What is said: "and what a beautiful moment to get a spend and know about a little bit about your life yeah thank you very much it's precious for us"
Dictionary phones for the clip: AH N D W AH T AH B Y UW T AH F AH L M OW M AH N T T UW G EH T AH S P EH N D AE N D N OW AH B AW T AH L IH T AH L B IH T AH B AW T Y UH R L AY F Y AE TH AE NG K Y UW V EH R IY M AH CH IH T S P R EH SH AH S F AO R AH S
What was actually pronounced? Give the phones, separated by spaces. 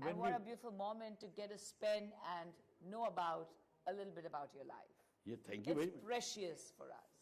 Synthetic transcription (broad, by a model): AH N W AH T AH B Y UW T AH F AH L M OW M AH N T T UW G EH T AH S P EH N AE N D N OW AH B AW T AH L IH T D L B IH T AH B AW T Y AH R L AY F Y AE T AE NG K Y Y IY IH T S P R EH SH AH S F AO R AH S